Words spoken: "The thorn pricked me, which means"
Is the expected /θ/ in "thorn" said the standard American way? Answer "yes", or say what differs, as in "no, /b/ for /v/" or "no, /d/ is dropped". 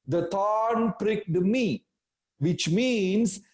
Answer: no, /t/ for /θ/